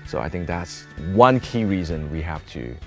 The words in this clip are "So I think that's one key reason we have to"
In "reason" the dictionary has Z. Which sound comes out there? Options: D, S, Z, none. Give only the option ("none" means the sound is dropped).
Z